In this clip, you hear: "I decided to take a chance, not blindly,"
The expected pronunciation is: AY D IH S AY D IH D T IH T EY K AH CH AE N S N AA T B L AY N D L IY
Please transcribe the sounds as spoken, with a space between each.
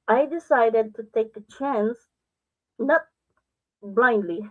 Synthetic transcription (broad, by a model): AY D IH S AY D IH D T IH T EY K AH CH AE N S N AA T B L AY N D L IY